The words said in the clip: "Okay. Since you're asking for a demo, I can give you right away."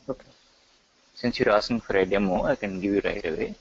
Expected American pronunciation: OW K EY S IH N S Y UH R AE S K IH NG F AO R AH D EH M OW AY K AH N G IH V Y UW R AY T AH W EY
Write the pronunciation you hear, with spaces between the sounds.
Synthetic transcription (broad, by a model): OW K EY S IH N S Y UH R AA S IH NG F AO R AH D EH M OW AY K AH N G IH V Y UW R AY T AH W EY